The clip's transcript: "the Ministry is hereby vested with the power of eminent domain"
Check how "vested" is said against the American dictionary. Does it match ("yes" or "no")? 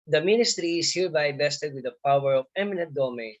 no